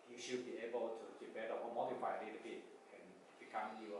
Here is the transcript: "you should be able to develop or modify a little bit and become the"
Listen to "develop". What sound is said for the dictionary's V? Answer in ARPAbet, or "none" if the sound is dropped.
B